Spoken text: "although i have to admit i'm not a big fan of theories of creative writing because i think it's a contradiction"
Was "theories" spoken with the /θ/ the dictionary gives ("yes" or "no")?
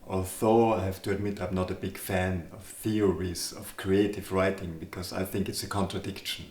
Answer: yes